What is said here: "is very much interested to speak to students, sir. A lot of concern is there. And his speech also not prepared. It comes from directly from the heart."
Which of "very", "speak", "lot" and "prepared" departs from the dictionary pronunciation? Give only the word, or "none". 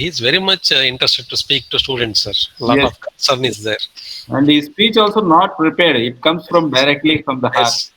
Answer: lot